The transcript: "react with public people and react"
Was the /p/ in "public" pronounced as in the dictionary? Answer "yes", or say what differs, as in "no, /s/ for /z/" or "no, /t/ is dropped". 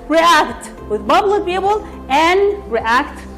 no, /b/ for /p/